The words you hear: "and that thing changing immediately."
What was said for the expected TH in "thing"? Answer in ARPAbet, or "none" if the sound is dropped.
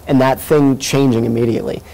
TH